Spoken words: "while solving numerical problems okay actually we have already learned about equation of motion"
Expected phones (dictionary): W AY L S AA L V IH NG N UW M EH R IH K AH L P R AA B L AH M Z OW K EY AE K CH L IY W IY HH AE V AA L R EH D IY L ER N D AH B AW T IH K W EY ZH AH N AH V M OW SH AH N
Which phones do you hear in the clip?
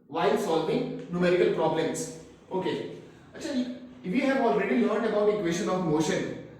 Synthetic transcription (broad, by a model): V AY L S AA L V IH NG N UW M EH R IH K AH L P R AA B L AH M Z OW K EY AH CH IY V IY HH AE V AA L R EH D IY L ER N D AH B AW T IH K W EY SH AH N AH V M OW SH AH N